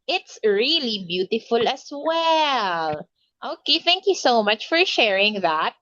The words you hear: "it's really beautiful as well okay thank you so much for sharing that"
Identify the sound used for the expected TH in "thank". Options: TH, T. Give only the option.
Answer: TH